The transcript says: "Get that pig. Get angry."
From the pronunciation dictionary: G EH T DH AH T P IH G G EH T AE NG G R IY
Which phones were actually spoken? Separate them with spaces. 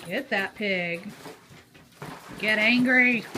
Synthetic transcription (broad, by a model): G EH T DH AH T P IH G G EH T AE NG G R IY